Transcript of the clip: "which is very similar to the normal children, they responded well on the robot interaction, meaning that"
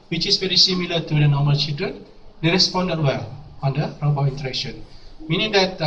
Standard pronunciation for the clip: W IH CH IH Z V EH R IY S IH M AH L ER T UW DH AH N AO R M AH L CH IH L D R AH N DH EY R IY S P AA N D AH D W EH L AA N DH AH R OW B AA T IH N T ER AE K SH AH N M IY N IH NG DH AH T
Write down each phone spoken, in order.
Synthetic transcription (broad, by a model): W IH CH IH S V EH R IY S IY M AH L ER T UW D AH N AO M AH L CH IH L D R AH N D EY R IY S P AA N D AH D W EH L AA N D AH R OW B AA IY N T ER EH K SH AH N M IY N IH NG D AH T